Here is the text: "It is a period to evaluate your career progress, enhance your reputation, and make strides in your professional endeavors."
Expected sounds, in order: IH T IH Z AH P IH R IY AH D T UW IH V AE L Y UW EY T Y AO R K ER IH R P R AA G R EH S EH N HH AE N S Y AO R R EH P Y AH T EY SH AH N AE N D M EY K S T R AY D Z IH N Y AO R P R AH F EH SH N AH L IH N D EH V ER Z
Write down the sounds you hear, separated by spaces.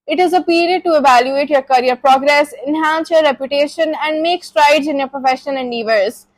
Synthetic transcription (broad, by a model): IH T IH Z AH P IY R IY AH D T UW IH V AE L Y UW EY T Y AO R K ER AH R P R AA G R EH S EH N HH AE N S Y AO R R EH P Y AH T EY SH AH N AE N D M EY K S T R AY D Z IH N Y AO R P R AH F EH SH AH N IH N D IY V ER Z